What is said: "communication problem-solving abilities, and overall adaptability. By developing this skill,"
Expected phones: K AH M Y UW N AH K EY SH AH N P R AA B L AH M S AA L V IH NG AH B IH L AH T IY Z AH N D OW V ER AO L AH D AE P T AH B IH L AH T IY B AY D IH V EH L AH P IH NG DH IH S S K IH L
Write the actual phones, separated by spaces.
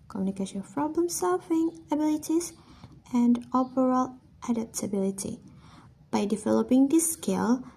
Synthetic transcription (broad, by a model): K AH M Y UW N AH K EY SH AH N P R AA B L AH M S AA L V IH NG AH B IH L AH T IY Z AH N D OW P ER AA L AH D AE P T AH B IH L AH T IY B AY D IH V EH L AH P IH NG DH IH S S K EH L